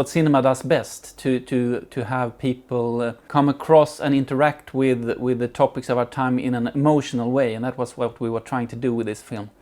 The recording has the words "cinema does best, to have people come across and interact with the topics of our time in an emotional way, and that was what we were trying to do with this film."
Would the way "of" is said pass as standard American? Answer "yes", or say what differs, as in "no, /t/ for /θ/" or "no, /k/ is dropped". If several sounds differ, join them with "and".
yes